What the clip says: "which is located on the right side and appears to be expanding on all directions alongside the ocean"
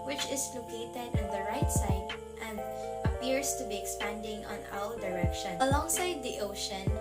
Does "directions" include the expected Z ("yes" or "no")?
no